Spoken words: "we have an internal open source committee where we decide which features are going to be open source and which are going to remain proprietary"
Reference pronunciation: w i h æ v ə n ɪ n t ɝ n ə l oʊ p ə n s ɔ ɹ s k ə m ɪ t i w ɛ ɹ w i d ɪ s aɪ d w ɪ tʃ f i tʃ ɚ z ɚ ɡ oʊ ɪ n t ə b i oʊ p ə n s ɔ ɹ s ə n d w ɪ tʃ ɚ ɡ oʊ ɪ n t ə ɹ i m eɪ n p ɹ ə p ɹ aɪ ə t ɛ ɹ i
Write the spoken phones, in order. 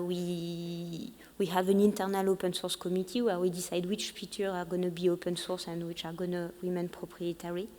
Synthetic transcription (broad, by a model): w i h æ v ə n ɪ n t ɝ n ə l oʊ p ə n s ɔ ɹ s k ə m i t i w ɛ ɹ w i d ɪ s aɪ d w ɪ tʃ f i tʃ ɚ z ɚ ɡ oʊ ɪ n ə b i oʊ p ə n s ɔ ɹ s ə n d w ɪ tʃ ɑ ɡ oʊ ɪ n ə w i m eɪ n p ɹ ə p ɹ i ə t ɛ ɹ i